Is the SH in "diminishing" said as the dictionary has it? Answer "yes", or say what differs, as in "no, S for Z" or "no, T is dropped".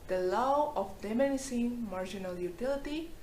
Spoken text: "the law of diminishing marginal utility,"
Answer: no, S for SH